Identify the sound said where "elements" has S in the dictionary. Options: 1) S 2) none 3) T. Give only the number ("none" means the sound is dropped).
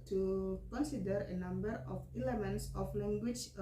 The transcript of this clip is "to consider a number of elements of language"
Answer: 1